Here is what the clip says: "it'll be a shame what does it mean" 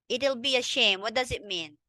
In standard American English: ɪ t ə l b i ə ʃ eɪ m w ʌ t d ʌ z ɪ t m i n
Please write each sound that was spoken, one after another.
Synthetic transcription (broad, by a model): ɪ t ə l b i ə ʃ eɪ m w ʌ t d ʌ z ɪ t m i n